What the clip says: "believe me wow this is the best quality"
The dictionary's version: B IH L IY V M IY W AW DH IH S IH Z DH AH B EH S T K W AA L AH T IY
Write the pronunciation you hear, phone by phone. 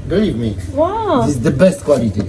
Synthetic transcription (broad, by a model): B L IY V M IY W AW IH IH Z DH AH B EH S T K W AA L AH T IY